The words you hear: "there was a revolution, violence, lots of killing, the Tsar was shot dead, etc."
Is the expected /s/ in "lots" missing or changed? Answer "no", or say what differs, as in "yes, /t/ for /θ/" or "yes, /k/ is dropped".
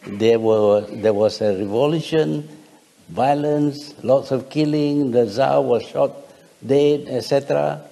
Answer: no